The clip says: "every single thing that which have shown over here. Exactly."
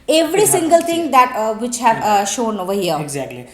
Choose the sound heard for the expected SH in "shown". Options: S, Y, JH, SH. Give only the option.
SH